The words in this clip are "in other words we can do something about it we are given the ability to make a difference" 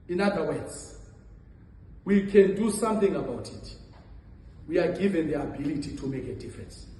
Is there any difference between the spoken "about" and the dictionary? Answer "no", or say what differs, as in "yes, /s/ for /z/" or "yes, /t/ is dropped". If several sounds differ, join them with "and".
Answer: no